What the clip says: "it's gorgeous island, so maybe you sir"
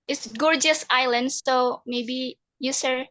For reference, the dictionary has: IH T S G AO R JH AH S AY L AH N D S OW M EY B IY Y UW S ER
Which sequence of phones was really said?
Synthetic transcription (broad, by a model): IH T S G AO R JH AH S AY L AH N D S OW M EY B IY Y UW S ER